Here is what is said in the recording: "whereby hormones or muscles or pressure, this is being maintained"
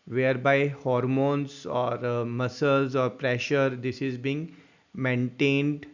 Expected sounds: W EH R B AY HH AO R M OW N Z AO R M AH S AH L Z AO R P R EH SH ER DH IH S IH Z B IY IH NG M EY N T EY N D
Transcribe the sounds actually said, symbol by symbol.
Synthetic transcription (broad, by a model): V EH R B AY HH AO R M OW N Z AO R M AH S AH L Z AO R P R EH SH ER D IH S IH Z B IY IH NG M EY N T EY N D